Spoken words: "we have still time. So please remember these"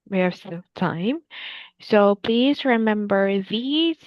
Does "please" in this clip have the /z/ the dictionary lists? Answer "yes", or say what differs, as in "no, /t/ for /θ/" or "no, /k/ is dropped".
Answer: yes